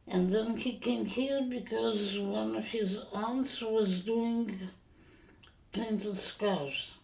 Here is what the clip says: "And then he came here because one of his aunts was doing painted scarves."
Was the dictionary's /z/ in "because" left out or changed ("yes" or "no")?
no